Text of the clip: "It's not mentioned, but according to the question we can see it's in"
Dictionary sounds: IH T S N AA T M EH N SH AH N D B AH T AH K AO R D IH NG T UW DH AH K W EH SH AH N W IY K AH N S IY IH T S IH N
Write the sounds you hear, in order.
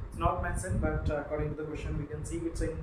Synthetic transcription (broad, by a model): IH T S N AA T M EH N S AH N B AH T AH K AO R D IH NG T UW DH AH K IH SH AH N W IY K AH N S IY IH T S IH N